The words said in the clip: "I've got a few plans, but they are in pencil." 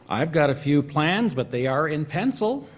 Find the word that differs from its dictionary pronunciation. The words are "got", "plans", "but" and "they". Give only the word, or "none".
none